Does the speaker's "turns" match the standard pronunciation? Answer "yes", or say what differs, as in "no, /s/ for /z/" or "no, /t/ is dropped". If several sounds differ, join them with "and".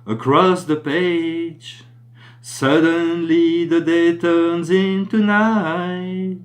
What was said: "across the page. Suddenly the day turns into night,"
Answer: yes